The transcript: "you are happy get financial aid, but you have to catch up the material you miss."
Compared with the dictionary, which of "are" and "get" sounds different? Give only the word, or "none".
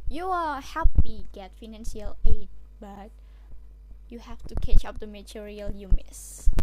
are